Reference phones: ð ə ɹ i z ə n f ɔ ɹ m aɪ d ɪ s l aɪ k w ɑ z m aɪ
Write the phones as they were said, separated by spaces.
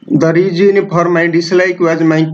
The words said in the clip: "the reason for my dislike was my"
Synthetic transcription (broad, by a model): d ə ɹ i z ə n p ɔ ɹ m aɪ d ɪ s l aɪ k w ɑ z m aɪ